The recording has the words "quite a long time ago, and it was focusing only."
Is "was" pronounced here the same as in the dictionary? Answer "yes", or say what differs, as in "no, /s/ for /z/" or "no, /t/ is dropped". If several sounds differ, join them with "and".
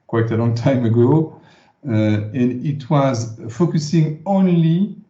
yes